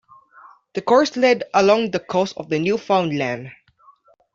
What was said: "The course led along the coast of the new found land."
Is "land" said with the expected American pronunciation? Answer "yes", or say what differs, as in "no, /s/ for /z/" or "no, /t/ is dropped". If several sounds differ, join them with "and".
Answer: yes